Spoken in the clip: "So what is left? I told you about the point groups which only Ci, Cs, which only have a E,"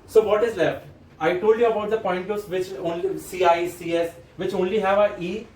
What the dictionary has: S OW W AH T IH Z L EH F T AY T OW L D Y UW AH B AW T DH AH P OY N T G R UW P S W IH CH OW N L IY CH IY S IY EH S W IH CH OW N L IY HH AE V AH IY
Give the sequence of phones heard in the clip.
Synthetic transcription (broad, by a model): S OW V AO T IH Z L EH F T AY T OW L D Y UW AH B AW T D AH P OY N T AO S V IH CH OW N L IY S IY S IY EH S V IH CH OW N L IY HH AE V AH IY